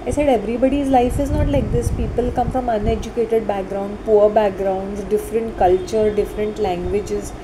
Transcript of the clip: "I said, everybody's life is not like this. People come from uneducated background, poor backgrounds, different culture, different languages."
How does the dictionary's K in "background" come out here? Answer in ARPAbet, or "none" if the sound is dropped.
K